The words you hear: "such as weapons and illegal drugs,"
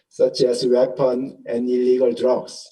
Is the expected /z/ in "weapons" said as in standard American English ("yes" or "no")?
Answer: no